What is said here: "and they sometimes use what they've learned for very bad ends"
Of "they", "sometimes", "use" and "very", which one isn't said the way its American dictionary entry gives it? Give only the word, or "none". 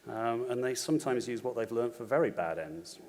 none